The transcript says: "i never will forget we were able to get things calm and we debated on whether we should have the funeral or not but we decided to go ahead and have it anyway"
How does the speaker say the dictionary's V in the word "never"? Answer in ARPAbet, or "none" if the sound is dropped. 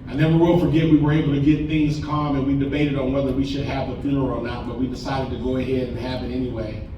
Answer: W